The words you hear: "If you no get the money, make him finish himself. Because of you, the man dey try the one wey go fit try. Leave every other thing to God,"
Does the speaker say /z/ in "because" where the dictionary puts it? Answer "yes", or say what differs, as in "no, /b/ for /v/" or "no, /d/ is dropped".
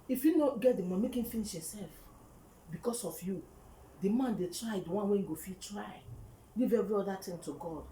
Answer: no, /s/ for /z/